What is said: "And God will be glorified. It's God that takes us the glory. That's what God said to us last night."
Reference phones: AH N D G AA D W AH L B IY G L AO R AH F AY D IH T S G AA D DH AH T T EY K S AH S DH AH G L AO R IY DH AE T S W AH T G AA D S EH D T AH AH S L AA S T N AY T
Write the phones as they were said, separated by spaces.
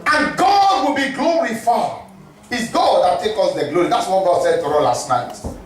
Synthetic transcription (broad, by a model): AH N G AA D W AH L B IY G L AO R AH F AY IH T S G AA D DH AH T T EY K AH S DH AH G L AO R IY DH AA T S W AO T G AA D S EH D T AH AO L AA S T N AY T